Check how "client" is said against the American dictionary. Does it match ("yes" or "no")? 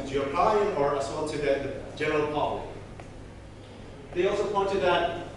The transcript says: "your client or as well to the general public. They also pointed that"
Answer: no